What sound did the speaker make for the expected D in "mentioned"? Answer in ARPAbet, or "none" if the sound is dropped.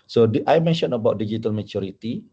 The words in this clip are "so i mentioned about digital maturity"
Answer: none